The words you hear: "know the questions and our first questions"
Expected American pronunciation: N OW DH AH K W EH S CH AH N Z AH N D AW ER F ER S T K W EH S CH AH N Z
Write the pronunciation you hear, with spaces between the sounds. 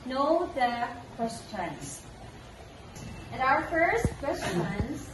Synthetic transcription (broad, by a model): N OW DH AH K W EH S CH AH N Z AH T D AW ER F ER S T K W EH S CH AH N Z